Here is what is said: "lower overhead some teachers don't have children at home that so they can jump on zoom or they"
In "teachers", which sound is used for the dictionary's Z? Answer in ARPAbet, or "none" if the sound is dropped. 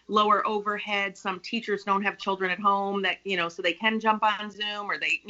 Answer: Z